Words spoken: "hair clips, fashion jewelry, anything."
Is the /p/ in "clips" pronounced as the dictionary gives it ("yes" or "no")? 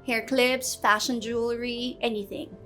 no